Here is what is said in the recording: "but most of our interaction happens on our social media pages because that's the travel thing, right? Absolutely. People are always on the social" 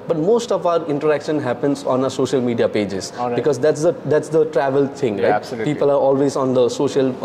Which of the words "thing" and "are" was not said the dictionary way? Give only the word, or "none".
thing